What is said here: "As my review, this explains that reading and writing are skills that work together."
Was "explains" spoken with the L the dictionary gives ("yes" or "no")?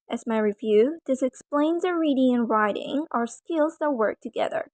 yes